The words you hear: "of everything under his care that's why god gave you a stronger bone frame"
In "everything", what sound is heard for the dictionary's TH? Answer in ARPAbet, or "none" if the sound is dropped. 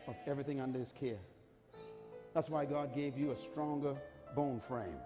TH